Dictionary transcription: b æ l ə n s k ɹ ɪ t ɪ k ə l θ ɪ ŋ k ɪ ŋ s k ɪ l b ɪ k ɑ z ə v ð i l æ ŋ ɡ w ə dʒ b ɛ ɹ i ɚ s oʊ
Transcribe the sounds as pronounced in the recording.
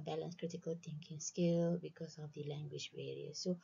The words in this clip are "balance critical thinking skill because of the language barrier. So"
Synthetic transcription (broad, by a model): b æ l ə n s k ɹ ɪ t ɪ k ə l t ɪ ŋ k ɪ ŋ s k ɪ l b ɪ k ɑ s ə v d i l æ ŋ ɡ w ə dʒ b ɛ ɹ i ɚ s oʊ